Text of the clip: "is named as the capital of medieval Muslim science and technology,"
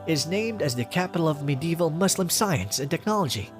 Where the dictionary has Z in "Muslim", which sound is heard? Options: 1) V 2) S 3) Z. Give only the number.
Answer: 2